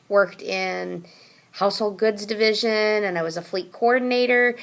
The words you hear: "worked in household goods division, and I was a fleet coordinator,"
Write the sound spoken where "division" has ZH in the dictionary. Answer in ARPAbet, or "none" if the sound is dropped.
ZH